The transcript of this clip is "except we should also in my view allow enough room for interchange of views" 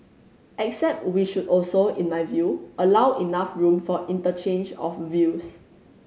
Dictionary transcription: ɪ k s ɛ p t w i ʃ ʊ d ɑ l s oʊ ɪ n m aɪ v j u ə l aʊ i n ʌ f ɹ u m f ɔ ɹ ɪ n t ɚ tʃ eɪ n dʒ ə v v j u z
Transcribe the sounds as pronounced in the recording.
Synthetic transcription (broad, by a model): ɪ k s ɛ p t w i ʃ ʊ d ɑ l s oʊ ɪ n m aɪ v j u ə l aʊ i n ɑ f ɹ u m f ɔ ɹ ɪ n t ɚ tʃ eɪ n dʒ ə f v j u s